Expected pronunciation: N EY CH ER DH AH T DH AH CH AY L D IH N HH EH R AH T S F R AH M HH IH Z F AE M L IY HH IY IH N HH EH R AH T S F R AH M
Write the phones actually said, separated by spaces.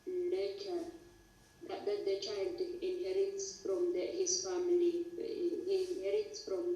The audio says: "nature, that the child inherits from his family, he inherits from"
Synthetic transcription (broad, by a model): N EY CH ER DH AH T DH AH CH AY L D IH N HH EH R AH T S F R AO M HH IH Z F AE M IY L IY IH N HH EH R AH T S F R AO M